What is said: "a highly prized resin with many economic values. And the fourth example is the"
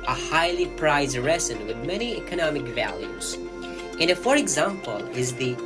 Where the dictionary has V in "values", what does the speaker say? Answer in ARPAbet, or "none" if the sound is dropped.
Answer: V